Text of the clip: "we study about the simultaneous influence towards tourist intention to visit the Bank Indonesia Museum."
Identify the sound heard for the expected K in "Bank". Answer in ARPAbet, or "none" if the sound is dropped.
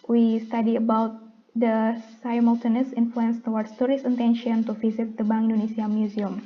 none